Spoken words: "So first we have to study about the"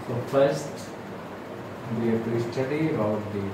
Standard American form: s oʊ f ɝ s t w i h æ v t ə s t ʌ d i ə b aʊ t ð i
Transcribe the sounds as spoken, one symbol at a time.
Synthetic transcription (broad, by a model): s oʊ f ɝ s t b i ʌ p t ə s t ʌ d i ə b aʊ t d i